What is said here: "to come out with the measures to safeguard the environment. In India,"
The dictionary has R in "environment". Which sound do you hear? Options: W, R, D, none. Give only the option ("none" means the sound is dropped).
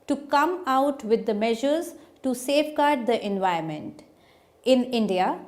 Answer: none